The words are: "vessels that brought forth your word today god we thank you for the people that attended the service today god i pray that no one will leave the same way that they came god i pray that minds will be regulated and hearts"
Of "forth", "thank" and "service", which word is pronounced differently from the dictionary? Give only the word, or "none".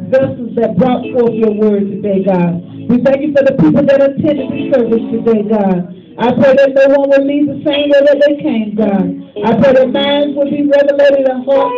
none